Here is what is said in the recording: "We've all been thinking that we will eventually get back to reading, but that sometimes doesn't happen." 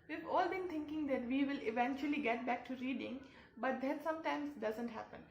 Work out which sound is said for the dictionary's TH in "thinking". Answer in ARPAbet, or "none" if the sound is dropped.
T